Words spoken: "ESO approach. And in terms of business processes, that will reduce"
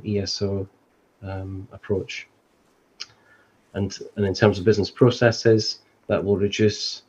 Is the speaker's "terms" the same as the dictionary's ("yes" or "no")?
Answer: yes